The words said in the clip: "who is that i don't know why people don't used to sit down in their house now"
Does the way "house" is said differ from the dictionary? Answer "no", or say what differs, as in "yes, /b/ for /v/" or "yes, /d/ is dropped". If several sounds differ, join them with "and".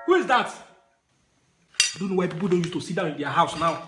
no